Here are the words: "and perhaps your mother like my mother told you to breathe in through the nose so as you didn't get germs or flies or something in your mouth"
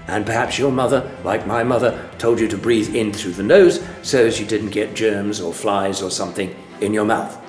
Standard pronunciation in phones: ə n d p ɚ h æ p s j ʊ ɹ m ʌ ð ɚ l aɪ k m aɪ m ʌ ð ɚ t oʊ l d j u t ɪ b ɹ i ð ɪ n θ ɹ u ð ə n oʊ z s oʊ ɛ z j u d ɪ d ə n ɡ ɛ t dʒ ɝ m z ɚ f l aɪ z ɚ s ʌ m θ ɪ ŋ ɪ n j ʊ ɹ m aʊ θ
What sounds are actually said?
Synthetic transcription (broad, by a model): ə n p ɚ h æ p s j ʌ ɹ m ʌ ð ɚ l aɪ k m aɪ m ʌ ð ɚ t oʊ l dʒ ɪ t ɪ b ɹ i ð ɪ n θ ɹ u ð ə n oʊ z s oʊ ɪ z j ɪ d ɪ d n ɡ ɛ t dʒ ɝ m z ɚ f l aɪ z ɚ s ʌ m θ ɪ ŋ ɪ n j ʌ ɹ m aʊ θ